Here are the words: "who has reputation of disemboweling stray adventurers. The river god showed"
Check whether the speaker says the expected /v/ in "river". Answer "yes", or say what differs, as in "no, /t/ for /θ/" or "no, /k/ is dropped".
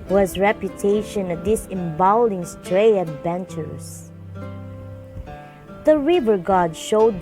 yes